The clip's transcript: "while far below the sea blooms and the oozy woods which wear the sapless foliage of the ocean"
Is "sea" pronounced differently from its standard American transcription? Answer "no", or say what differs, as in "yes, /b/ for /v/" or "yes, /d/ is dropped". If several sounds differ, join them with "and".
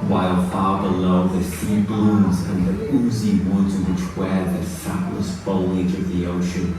yes, /θ/ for /s/